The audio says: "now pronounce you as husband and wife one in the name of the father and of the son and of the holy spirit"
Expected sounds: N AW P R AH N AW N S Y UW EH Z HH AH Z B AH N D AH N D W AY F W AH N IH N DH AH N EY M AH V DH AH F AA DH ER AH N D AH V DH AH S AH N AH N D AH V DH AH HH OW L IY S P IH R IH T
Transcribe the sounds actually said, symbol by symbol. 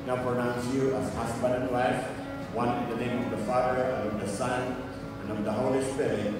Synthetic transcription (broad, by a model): N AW P R AH N AW N S Y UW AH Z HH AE S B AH D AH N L AY F W AH N IH N DH AH N EY M AH V DH AH F AA DH ER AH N AH V DH AH S AH N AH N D AH V DH AH HH OW L IY S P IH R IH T